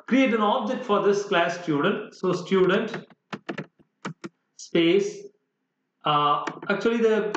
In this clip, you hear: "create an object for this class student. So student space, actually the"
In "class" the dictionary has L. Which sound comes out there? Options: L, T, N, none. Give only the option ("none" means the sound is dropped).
L